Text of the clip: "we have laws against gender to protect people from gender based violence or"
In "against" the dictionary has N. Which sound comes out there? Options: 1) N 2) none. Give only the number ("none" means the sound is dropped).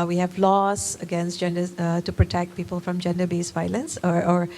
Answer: 1